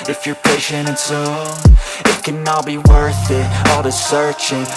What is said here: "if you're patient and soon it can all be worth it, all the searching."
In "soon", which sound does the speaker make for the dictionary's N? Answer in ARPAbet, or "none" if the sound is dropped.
none